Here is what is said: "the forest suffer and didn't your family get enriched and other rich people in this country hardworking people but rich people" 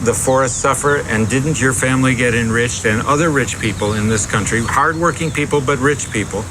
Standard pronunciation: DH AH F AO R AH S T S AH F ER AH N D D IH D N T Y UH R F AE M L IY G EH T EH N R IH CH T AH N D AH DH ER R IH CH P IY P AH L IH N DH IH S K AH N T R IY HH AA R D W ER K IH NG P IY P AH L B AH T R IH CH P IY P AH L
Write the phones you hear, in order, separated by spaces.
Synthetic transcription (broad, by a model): DH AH F AO R AH S T S AH F ER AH N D D IH D N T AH R F AE M L IY G EH T EH N R IH CH T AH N AH DH ER R IH CH P IY P L IH N DH IH S K AH N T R IY HH AA R D W ER K IH NG P IY P L B AH T R IH CH P IY P L